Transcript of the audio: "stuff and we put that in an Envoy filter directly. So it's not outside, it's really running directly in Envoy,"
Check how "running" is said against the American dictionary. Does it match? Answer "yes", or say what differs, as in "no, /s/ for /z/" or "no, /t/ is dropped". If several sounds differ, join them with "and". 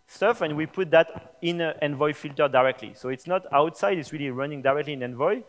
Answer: yes